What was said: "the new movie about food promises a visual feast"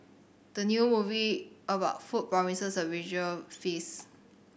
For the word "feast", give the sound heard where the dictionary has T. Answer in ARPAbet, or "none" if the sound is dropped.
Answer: none